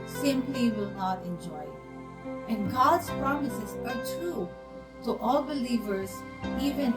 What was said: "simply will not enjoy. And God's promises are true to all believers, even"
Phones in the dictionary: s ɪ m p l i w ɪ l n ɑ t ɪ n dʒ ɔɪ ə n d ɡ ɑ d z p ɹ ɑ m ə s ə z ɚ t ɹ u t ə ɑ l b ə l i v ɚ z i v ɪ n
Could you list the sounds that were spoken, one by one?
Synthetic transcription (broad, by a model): s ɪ m p l i w ɪ l n ɑ t ɪ n dʒ ɔɪ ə n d ɡ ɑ d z p ɹ ɑ m ə s ə z ɚ t ɹ u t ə ɑ l b ə l i v ɚ z i v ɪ n